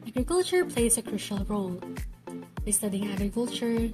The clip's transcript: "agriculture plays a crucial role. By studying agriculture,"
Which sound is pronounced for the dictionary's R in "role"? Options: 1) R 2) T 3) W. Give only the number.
1